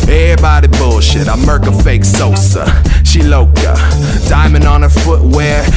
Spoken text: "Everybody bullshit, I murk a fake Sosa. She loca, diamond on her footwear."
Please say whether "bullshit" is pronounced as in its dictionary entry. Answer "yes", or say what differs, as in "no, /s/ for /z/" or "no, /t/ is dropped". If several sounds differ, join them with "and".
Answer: yes